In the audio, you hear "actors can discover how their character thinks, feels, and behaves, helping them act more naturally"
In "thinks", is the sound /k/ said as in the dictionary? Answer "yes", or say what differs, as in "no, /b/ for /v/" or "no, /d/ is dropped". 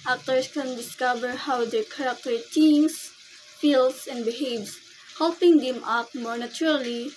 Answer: no, /k/ is dropped